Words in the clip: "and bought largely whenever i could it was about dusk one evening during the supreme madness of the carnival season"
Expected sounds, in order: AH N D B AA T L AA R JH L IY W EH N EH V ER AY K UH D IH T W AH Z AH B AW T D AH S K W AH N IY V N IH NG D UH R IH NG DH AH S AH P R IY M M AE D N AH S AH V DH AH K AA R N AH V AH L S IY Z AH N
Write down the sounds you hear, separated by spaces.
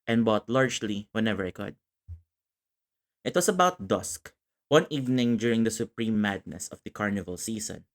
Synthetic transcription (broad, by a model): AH N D B AA T L AA R JH L IY W EH N EH V ER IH K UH D IH T W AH S AH B AW T D AH S K W AH N IY V N IH NG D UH R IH NG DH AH S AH P R IY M M AE D N AH S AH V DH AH K AA R N AH V AH L S IY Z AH N